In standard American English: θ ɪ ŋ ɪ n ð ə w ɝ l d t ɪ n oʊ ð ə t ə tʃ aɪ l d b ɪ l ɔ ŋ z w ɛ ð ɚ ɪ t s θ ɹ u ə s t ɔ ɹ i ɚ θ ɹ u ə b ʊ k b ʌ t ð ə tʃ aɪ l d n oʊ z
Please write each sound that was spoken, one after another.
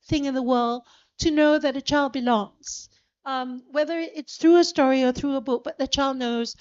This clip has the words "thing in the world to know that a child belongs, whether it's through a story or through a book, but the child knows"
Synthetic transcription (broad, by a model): θ ɪ ŋ ɪ n ð ə w ɝ l d t ɪ n oʊ ð ə t ə tʃ aɪ l d b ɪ l ɔ ŋ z w ɛ ð ɚ ɪ t s θ ɹ u ə s t ɔ ɹ i ɚ θ ɹ u ə b ʊ k b ʌ t ð ə tʃ aɪ l d n oʊ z